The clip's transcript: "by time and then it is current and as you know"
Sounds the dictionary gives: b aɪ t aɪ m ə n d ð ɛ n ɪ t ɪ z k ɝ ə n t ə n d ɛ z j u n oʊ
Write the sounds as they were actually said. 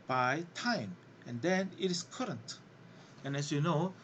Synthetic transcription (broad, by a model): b aɪ t aɪ m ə n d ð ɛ n ɪ t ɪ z k ɝ ə n t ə n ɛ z j u n oʊ